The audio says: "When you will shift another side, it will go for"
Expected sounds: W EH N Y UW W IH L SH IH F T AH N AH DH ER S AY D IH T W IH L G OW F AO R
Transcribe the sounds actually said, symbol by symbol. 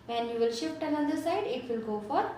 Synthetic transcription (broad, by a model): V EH N Y UW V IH L SH IH F T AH N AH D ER S AY D IH T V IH L G OW F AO R